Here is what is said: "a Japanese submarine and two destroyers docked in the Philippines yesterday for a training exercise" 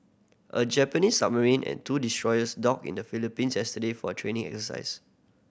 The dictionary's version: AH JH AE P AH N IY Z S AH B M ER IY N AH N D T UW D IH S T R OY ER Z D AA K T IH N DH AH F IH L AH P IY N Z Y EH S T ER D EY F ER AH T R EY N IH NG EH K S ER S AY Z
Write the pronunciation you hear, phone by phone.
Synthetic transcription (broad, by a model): AH JH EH P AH N IY S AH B M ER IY N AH N T UW D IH S T R OY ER S D AA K IH N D AH F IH L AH P IY N S Y EH S T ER D EY F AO AH T R EY N IH NG EH K S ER S AY S